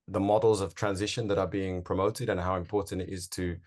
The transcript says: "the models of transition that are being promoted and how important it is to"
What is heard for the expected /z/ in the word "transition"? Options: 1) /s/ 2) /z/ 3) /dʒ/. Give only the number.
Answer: 2